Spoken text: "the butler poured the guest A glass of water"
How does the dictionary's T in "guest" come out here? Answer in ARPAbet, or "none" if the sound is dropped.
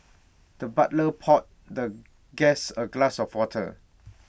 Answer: none